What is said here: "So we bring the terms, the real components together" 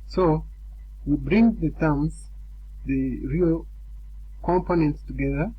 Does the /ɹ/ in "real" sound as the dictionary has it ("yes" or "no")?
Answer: yes